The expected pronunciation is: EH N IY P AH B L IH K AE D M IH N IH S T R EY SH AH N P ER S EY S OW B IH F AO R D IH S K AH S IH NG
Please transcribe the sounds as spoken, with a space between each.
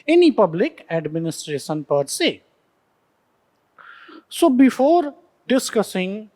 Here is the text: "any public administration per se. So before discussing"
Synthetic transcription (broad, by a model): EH N IY P AH B L IH K AE D M IH N IH S T R EY SH AH N P ER S EY S OW B IH F AO R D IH S K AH S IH NG